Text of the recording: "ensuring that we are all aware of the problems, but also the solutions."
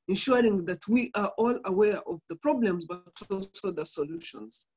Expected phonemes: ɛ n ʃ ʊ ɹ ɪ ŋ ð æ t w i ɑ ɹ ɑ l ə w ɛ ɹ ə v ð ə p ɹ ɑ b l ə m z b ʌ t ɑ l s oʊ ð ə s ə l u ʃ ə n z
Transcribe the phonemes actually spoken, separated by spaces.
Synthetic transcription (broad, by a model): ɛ n ʃ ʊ ɹ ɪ ŋ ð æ t w i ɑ ɹ ɑ l ə w ɛ ɹ ə v ð ə p ɹ ɑ b l ə m z b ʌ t ɑ l s oʊ ð ə s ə l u ʃ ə n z